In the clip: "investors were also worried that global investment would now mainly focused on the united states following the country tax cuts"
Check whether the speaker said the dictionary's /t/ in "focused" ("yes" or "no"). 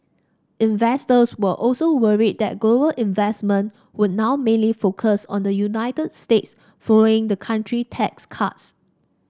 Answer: no